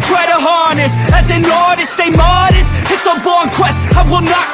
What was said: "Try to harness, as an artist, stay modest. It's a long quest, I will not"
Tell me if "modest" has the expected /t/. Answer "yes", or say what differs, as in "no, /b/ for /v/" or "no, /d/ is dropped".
no, /t/ is dropped